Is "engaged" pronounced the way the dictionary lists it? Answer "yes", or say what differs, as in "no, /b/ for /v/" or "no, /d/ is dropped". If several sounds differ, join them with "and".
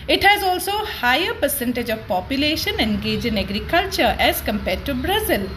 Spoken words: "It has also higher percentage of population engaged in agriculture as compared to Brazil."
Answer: no, /d/ is dropped